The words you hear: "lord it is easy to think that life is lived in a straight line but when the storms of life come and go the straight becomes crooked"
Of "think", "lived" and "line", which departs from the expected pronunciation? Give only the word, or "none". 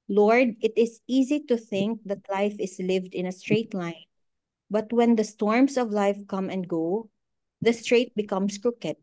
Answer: none